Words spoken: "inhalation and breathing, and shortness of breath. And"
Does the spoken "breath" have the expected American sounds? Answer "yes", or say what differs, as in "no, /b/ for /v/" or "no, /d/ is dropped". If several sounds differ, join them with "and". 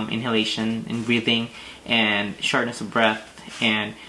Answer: yes